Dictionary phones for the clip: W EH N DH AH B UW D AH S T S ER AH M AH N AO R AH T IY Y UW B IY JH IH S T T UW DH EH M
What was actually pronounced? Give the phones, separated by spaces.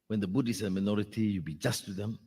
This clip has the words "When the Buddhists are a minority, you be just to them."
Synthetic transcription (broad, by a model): W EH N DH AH B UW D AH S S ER AH M AH N AO R AH T IY Y UW B IY JH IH S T T UW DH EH M